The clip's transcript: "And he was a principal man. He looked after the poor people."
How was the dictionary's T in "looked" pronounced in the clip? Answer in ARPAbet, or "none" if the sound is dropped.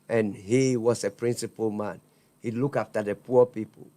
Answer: none